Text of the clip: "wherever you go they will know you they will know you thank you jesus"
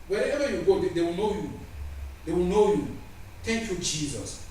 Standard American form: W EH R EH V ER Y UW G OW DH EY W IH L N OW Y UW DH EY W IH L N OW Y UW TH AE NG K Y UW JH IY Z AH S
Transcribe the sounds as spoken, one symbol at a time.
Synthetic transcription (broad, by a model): W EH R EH V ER Y UW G OW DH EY W IH L N OW Y UW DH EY W IH L N OW Y UW T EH K Y UW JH IY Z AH S